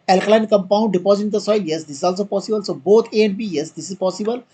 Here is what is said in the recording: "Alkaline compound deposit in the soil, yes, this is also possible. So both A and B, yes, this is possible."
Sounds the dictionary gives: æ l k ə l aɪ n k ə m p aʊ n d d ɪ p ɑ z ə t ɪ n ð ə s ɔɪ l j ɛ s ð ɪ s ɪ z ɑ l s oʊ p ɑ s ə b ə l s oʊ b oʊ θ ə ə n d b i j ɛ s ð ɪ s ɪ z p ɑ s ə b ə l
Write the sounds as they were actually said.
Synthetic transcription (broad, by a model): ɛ l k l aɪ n k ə m p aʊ n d d ɪ p ɑ z ə t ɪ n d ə s ɔɪ l j ɛ s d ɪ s ɪ z ɑ l s oʊ p ɑ s ə b ə l s oʊ b oʊ t ə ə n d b i j ɛ s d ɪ s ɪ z p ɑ s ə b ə l